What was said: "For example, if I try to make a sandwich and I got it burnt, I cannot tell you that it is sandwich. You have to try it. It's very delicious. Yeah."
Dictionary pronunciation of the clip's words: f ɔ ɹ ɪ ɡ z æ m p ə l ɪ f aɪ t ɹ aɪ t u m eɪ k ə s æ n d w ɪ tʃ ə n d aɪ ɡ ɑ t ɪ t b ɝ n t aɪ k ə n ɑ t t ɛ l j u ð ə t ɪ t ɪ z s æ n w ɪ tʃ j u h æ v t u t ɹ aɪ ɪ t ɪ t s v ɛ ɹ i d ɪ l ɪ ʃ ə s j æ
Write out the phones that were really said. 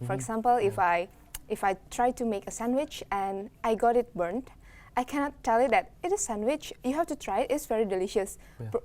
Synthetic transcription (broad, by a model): f ɔ ɹ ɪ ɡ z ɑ m p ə l ɪ f aɪ t ɹ aɪ t u m eɪ k ə s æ n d w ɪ tʃ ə n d aɪ ɡ ɑ t ɪ t b ɝ n t aɪ k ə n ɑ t t ɛ l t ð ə t ɪ t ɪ s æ n w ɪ tʃ j u h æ f t u t ɹ aɪ ɪ t ɪ t s v ɛ ɹ i d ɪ l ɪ ʃ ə s